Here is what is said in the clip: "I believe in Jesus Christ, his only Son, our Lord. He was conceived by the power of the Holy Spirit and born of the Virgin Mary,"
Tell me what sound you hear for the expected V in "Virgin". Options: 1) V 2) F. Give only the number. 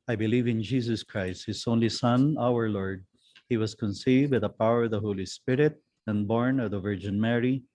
1